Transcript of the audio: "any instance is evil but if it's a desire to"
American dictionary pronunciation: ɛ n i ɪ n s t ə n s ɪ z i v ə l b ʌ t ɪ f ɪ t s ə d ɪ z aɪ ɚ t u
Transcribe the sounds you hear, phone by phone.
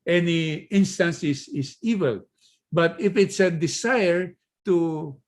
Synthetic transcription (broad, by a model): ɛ n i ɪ n s t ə n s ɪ s i v ə l b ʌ t ɪ f ɪ t s ə d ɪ s aɪ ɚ t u